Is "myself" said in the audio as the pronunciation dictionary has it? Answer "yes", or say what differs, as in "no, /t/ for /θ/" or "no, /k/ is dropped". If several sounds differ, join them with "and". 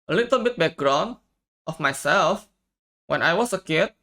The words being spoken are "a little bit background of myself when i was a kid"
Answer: yes